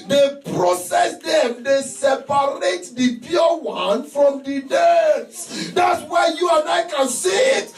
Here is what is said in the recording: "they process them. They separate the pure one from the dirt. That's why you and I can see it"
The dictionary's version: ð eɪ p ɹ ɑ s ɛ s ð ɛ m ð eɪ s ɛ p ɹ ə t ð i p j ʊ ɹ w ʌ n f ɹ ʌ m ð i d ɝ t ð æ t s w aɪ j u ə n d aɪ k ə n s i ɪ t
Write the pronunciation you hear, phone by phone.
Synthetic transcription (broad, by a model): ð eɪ p ɹ ɑ s ɛ s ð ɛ m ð eɪ s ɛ p ɹ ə t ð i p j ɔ w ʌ n f ɹ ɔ m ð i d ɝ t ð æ t s w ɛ j u ə n d aɪ k ə n s i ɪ t